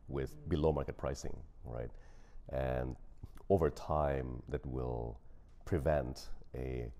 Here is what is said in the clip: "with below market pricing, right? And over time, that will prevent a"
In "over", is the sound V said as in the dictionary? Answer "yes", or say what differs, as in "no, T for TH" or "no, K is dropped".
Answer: yes